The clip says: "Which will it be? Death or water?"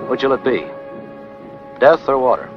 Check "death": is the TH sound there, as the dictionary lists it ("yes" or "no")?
yes